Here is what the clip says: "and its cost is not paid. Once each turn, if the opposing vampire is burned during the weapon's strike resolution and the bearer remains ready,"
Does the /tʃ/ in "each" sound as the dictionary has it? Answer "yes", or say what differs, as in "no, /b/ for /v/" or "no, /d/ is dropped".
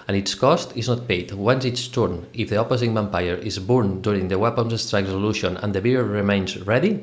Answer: no, /s/ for /tʃ/